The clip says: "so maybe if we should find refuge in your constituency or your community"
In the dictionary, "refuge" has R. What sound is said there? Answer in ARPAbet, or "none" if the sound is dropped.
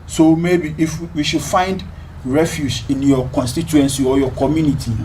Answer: R